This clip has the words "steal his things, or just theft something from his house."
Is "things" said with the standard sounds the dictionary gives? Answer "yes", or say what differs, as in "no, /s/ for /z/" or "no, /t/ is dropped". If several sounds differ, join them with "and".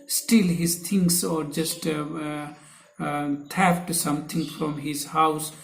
no, /t/ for /θ/ and /s/ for /z/